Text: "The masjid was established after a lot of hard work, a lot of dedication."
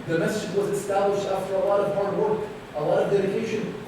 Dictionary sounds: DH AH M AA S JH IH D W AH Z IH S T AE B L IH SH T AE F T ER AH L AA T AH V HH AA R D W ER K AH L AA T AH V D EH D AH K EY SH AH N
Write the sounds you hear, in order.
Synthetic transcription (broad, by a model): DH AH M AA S IH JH W AH Z IH S T AE B L IH SH T AE F T ER AH L AA T AH V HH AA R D W ER K AH L AA T AH V D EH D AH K EY SH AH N